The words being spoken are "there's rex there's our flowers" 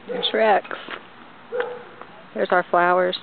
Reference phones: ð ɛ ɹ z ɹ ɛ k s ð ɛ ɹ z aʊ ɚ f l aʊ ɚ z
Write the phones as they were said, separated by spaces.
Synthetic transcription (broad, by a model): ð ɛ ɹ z ɹ ɛ k s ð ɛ ɹ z aʊ ɚ f l aʊ ɚ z